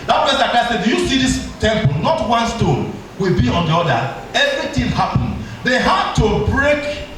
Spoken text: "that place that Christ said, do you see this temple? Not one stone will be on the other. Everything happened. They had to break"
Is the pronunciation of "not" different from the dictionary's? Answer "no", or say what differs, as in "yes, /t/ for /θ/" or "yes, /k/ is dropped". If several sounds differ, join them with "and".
no